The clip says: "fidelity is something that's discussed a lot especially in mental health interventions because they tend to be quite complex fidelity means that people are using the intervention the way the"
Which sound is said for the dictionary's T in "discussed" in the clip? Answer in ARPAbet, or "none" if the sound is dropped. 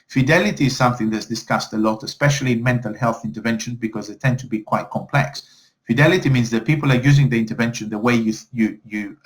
T